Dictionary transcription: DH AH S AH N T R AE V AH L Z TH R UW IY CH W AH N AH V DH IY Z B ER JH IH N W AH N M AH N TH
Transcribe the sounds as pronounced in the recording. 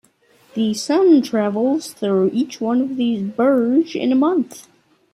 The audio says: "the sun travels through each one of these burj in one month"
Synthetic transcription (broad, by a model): DH AH S AH N T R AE V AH L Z TH R UW IY CH W AH N AH V DH IY Z B ER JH IH N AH M AH N TH